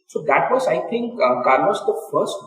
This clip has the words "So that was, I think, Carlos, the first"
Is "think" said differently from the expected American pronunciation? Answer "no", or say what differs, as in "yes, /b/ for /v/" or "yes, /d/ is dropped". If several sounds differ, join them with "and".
yes, /t/ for /θ/